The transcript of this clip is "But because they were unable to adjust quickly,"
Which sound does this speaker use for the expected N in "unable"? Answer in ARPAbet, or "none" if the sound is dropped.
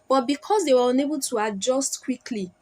N